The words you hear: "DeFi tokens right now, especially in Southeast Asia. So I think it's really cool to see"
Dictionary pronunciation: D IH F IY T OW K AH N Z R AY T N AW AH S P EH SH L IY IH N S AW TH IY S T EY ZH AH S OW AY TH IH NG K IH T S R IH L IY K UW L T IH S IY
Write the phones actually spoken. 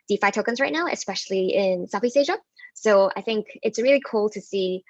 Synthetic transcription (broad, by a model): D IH F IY T OW K AH N Z R AY T N AW AH S P EH SH L IY IH N S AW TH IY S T EY ZH AH S OW AY TH IH NG K IH T S R IH L IY K UW L T IH S IY